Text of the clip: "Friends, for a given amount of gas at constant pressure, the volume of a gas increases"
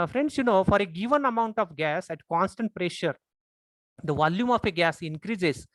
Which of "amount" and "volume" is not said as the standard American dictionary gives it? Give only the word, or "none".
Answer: none